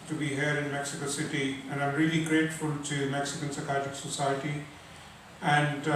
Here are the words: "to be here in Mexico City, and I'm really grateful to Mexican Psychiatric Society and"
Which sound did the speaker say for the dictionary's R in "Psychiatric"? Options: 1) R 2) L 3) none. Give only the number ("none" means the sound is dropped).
3